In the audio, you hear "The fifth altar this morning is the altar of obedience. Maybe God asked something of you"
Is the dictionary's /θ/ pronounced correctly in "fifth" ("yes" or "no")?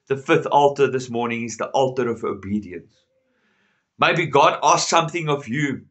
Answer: yes